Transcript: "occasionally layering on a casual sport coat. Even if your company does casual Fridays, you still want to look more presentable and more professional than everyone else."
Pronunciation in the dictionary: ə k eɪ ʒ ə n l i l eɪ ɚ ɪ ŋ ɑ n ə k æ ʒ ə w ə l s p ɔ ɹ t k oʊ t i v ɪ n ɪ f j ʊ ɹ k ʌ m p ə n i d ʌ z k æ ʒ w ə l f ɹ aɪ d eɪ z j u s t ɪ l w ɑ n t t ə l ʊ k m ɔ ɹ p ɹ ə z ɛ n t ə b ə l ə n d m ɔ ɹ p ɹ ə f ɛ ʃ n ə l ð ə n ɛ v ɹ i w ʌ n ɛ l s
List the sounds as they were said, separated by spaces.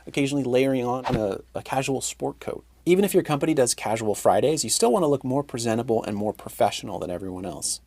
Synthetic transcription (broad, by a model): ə k eɪ ʒ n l i l eɪ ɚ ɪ ŋ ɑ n ə k æ ʒ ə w l s p ɔ ɹ t k oʊ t i v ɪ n ɪ f j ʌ ɹ k ʌ m p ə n i d ʌ z k æ ʒ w l f ɹ aɪ d eɪ z j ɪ s t ɪ l w ɑ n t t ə l ʊ k m ɔ ɹ p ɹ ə z ɛ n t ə b l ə n m ɔ ɹ p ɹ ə f ɛ ʃ n l ð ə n ɛ v ɹ i w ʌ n ɛ l s